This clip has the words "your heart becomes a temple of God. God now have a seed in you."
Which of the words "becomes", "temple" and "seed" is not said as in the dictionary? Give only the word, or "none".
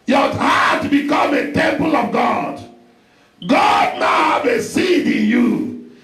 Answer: becomes